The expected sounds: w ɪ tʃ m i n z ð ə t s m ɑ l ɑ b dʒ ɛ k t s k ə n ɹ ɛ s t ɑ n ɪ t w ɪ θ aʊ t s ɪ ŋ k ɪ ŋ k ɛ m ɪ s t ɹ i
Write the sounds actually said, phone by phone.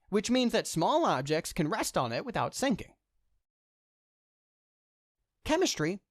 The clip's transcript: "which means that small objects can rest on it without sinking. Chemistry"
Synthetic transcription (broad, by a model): w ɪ tʃ m i n z ð ə t s m ɑ l ɑ b dʒ ɛ k t s k ə n ɹ ɛ s t n ɪ t w ɪ θ aʊ t s ɪ ŋ k ɪ ŋ k ɛ m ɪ s t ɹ i